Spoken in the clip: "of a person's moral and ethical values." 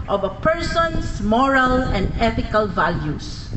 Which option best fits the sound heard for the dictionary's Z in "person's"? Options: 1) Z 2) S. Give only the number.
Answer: 2